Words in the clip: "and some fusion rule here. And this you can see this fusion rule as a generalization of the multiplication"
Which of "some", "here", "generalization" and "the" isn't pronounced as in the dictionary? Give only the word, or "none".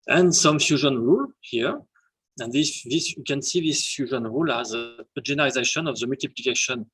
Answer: generalization